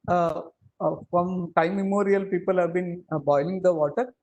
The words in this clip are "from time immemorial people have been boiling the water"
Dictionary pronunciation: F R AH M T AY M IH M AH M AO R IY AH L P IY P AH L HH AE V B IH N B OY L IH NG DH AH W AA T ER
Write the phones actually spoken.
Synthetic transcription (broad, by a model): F R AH M T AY IH M AH M AO R IY AH L P IY P AH L HH AE V B IH N B OY L IH NG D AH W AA T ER